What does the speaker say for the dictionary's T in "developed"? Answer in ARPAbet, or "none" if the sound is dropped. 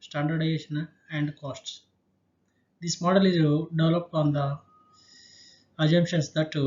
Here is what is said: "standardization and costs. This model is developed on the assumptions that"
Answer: none